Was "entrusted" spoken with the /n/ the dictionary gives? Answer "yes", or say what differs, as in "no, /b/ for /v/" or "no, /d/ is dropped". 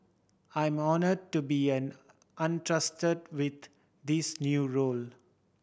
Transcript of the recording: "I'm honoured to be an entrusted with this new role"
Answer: yes